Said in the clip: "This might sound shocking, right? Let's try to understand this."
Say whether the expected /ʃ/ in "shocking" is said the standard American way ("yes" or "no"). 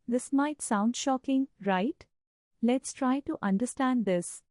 yes